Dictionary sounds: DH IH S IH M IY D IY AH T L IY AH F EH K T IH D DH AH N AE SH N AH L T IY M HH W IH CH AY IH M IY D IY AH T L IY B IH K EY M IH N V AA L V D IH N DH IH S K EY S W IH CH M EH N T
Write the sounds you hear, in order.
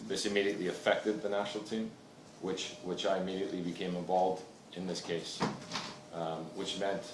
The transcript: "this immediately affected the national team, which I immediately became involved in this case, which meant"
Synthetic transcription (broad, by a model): DH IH S IH M IY D IY AH T L IY AH F EH K T IH D DH AH N AE SH N L T IY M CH W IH CH AY IH M IY D IY AH T L IY B IH K EY M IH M V AA L V D IH N DH IH S K EY S W IH CH M EH N T